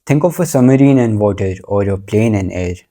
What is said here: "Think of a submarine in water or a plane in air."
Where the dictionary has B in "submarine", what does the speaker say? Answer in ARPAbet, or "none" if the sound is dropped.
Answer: none